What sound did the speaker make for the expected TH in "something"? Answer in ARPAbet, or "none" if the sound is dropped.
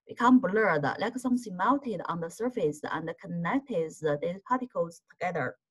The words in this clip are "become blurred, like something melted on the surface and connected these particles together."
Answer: S